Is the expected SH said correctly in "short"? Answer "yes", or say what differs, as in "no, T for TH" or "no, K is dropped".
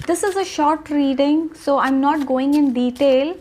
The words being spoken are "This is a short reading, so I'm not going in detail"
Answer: yes